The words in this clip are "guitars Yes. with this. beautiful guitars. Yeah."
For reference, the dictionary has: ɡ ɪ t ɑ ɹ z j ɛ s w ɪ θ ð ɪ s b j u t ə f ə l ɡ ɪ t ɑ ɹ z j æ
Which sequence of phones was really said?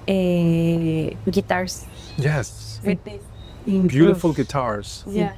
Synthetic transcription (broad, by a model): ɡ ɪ t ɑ ɹ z j ɛ s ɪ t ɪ b j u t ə f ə l ɡ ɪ t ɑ ɹ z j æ